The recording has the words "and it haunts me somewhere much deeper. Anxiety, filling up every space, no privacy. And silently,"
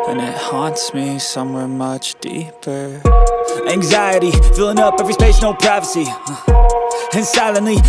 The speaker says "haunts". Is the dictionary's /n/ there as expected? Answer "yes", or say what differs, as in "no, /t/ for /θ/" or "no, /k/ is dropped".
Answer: yes